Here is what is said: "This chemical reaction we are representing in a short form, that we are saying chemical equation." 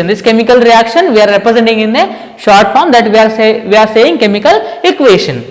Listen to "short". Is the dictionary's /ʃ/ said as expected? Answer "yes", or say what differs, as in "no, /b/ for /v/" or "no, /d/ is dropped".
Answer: yes